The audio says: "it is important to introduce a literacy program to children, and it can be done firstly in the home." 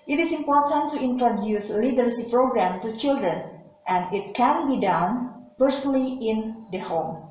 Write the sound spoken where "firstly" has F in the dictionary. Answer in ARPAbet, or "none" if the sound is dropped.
P